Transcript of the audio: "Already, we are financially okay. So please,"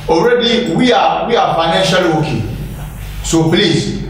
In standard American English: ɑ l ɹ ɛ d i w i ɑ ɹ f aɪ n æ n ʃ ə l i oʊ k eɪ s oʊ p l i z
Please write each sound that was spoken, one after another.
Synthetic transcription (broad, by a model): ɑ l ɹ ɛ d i w i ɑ w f aɪ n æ n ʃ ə l oʊ k eɪ s oʊ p l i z